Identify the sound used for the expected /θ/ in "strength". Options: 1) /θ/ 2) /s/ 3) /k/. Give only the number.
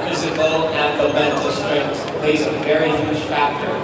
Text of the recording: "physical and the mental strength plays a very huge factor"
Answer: 2